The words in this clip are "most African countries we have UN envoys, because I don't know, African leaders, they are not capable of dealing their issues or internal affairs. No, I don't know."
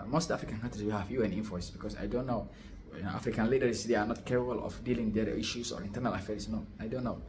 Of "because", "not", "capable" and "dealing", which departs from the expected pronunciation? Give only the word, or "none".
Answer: because